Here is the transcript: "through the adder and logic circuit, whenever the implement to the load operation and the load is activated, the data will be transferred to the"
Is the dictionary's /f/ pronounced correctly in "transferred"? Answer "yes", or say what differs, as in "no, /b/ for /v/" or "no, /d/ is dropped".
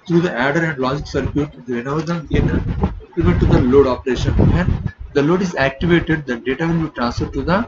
yes